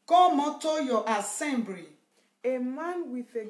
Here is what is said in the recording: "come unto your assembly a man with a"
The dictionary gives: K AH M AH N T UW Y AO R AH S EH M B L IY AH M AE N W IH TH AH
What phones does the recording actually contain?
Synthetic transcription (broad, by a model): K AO M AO T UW Y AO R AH S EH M B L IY AH M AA N W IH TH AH